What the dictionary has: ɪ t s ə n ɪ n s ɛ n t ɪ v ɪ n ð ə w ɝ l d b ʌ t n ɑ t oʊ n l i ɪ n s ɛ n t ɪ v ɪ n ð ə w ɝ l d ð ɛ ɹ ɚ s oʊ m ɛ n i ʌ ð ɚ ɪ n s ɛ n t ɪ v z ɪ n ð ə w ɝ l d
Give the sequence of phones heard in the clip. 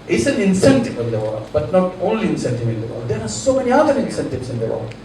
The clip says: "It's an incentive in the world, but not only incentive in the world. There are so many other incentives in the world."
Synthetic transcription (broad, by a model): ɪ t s ə n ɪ n s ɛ n t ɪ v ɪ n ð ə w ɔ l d b ʌ t n ɑ t oʊ n l i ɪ n s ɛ n t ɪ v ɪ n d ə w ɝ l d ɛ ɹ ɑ s oʊ m ɛ n i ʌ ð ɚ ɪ n s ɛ n t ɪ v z ɪ n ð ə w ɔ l